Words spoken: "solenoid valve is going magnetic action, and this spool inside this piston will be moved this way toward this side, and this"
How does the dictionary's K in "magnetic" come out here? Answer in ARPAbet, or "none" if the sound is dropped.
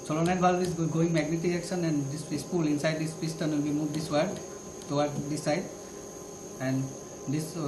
none